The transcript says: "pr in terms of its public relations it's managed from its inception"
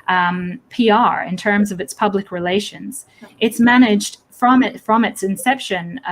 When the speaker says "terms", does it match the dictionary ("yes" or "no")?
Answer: yes